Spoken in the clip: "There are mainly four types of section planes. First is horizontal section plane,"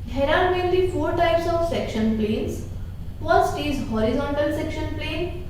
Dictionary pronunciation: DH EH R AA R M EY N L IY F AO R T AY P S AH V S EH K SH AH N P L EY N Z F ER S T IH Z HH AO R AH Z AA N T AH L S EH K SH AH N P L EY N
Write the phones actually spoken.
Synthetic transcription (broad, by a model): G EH R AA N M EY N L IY F AO R T AY P S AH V S EH K SH AH N P L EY N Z F ER S T IH Z HH AO R AH Z AA N T AH L S EH K SH AH N P L EY N